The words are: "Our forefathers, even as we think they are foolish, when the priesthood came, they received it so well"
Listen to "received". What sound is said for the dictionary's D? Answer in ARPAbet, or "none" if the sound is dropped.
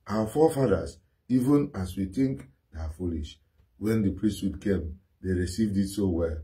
D